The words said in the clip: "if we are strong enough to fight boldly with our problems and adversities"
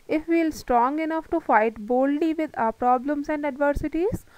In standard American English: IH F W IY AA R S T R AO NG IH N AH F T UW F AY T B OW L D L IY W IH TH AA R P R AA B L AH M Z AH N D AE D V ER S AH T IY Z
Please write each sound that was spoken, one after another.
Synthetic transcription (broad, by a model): IH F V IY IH L S T R AO NG IH N AH F T UW F AY T B OW L D L IY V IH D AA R P R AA B L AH M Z AH N D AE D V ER S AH T IY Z